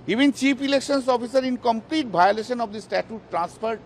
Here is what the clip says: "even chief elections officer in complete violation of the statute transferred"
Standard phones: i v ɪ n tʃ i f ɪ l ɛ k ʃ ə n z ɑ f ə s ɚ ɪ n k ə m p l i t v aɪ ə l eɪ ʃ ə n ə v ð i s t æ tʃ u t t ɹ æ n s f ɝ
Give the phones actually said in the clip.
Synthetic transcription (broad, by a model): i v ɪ n tʃ i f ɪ l ɛ k ʃ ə n s ɑ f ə s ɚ ɪ n k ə m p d i t b aɪ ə l eɪ ʃ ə n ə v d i s t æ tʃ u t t ɹ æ n s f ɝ